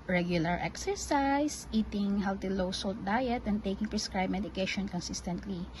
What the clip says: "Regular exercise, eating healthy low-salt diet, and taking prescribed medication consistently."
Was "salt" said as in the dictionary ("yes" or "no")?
yes